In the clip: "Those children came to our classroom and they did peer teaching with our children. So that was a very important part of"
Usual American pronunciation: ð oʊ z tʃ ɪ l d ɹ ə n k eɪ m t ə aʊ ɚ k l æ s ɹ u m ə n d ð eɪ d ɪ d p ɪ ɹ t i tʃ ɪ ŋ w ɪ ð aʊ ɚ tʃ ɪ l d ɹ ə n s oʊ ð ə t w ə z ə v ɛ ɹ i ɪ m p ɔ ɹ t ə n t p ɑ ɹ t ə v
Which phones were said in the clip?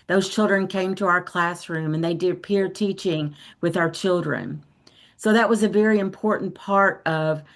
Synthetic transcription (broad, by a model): ð oʊ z tʃ ɪ l d ɹ ə n k eɪ m t ə aʊ ɚ k l æ s ɹ u m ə n ð eɪ d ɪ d p ɪ ɹ t i tʃ ɪ ŋ w ɪ ð aʊ ɚ tʃ ɪ l d ɹ ə n s oʊ ð ə t w ə z ə v ɛ ɹ i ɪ m p ɔ ɹ t n p ɑ ɹ t ə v